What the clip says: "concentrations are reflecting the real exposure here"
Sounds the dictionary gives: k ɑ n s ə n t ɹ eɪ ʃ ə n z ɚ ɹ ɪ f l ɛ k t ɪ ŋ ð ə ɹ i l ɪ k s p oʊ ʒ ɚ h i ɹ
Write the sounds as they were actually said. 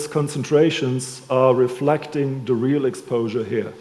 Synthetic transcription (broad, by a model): k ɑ n s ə n t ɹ eɪ ʃ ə n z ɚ ɹ ɪ f l ɛ k t ɪ ŋ ð ə ɹ i l ɪ k s p oʊ ʒ ɚ h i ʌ